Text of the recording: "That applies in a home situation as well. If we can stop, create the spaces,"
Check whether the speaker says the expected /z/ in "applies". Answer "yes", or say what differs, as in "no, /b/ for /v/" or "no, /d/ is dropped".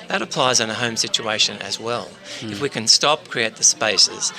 yes